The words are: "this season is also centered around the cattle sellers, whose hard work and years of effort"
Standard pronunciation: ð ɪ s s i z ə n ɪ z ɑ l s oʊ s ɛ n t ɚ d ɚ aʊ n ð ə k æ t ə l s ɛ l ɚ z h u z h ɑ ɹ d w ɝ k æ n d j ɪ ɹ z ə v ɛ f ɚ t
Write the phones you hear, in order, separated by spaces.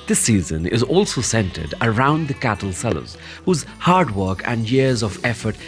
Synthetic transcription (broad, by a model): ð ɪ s s i z ə n ɪ z ɑ l s oʊ s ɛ n t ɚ d ɚ aʊ n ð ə k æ t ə l s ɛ l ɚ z h u z h ɑ ɹ d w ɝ k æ n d j ɪ ɹ z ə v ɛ f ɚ t